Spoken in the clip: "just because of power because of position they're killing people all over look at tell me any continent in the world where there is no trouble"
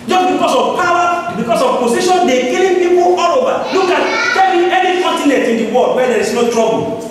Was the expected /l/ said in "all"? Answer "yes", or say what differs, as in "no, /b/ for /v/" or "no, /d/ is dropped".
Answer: yes